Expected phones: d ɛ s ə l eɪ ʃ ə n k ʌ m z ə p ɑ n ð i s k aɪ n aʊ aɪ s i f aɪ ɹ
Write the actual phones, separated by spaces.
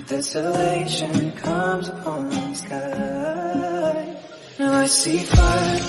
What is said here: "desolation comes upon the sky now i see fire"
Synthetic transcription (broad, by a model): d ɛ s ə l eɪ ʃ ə n k ʌ m z ə p ɑ n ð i s k aɪ l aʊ aɪ s i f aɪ